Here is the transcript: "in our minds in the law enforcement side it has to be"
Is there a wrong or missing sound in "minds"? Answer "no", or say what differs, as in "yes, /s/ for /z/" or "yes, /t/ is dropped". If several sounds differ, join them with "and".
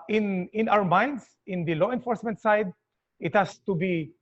yes, /s/ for /z/